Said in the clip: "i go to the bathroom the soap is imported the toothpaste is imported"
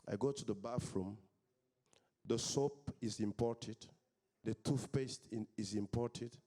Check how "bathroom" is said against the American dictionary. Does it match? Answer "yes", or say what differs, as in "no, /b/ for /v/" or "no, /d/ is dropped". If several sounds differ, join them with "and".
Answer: no, /f/ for /θ/